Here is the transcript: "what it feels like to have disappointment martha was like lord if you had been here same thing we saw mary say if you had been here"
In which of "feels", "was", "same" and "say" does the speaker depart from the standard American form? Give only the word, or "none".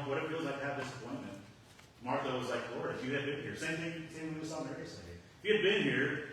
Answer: none